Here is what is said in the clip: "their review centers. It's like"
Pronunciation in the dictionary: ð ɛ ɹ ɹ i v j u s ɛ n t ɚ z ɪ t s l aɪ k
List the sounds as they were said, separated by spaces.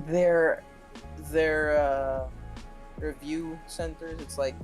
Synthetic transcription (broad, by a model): ð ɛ ɹ ɹ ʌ v j u s ɛ n t ɚ z ɪ t s l aɪ k